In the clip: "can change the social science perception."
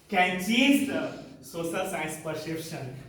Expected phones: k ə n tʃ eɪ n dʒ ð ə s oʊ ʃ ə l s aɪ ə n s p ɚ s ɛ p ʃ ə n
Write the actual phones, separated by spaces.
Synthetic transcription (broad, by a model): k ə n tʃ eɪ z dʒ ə s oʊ s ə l s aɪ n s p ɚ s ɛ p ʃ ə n